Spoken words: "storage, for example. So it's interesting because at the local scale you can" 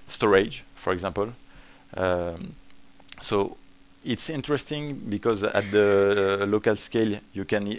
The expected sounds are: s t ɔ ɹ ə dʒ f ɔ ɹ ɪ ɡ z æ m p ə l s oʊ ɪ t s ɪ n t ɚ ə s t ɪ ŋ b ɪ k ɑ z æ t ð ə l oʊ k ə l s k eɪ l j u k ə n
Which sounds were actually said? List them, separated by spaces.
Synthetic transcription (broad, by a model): s t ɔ ɹ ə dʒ f ɔ ɹ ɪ ɡ z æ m p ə l s oʊ ɪ t s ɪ n t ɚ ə s t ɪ ŋ b ɪ k ɑ z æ t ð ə l oʊ k ə l s k eɪ l j u k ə n